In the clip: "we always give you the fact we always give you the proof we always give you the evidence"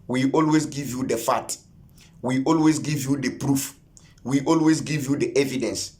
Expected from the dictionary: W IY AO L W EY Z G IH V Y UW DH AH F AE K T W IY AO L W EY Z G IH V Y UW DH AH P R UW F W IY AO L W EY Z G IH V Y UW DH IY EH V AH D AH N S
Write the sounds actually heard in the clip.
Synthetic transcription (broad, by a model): W IY AO L W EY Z G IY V Y UW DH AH F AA T W IY AO L W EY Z G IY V Y UW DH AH P R UW F W IY AO L W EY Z G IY V Y UW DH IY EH V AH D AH N S